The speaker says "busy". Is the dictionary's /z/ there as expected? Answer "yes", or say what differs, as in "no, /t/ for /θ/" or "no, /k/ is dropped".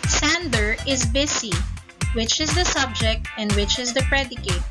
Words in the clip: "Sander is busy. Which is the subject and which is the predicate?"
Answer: no, /s/ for /z/